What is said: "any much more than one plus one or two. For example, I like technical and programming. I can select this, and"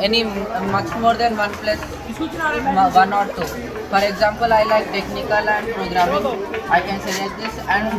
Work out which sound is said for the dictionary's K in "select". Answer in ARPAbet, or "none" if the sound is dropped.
none